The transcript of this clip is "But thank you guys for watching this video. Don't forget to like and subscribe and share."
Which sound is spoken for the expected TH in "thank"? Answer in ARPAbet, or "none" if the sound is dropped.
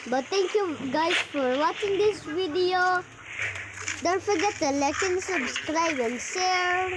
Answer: T